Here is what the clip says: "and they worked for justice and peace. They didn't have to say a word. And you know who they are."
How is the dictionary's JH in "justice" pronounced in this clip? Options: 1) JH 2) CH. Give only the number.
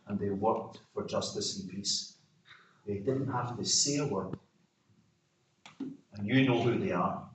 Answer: 1